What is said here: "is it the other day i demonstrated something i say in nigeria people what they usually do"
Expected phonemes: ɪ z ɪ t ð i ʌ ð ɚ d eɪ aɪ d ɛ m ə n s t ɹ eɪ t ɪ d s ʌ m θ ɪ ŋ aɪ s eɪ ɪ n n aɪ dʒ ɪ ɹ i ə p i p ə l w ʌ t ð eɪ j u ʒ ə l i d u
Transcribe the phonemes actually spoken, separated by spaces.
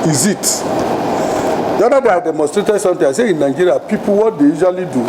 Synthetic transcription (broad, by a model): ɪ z ɪ t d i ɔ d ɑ d eɪ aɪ d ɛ m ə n s t ɹ eɪ t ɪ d s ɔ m t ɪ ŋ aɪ s eɪ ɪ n n aɪ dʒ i ɹ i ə p i p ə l w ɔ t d eɪ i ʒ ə l i d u